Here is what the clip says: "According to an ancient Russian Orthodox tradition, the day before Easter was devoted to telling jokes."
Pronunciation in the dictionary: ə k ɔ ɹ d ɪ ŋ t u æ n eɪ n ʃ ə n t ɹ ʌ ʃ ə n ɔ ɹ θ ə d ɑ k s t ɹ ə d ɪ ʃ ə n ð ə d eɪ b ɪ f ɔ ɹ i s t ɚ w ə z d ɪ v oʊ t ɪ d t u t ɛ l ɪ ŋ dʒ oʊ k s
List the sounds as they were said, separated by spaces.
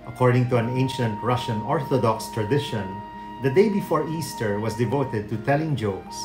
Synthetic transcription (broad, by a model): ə k ɔ ɹ d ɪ ŋ t u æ n eɪ n ʃ ə n t ɹ ʌ ʃ ə n ɔ ɹ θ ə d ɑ k s t ɹ ə d ɪ ʃ ə n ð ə d eɪ b ɪ f ɔ ɹ i s t ɚ w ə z d ɪ v oʊ t ɪ d t u t ɛ l ɪ ŋ dʒ oʊ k s